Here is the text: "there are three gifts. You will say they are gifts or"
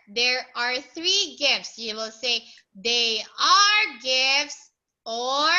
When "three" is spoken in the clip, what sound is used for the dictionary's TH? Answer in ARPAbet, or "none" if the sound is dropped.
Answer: TH